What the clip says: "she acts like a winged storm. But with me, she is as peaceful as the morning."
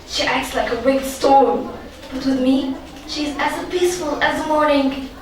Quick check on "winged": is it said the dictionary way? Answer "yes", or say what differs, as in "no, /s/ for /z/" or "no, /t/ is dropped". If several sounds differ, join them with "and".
no, /ŋ/ is dropped